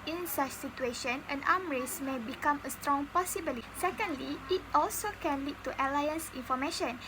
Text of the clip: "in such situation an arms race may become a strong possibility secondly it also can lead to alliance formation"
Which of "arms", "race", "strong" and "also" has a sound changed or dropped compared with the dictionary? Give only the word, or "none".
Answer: arms